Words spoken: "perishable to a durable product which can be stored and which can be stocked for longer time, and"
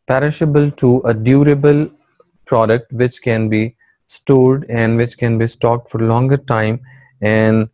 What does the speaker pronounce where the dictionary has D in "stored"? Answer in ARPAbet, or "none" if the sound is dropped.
D